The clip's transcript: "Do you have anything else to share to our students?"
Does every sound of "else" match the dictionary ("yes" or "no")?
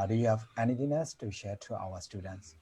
no